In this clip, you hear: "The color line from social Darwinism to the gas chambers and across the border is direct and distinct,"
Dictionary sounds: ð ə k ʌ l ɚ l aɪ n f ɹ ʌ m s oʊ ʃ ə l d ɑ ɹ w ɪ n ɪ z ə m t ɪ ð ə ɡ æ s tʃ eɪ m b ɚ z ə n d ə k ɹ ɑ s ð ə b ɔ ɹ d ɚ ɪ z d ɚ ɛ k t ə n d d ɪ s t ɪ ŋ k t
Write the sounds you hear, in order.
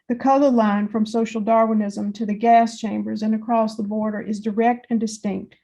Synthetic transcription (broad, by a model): ð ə k ʌ l ɚ l aɪ n f ɹ ʌ m s oʊ ʃ l d ɑ ɹ w ɪ n ɪ z ə m t ɪ ð ə ɡ æ s tʃ eɪ m b ɚ z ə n ə k ɹ ɑ s ð ə b ɔ ɹ d ɚ ɪ z d ɚ ɛ k t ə n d d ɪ s t ɪ ŋ k t